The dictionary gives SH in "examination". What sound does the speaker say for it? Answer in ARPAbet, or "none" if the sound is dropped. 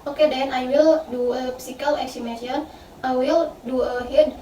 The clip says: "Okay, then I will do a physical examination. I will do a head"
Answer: none